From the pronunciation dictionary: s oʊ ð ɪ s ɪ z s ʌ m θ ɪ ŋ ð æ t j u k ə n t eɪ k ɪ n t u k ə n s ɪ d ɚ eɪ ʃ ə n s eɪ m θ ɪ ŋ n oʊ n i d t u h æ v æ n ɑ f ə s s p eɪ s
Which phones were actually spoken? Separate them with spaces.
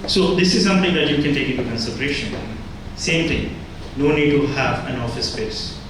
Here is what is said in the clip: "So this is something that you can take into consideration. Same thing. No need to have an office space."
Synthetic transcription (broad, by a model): s oʊ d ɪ s ɪ z s ʌ m t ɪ ŋ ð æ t j u k ə n t eɪ k ɪ n t u k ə n s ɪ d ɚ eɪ ʃ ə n s eɪ m t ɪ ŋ n oʊ n i d t u h æ v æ n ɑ f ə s s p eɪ s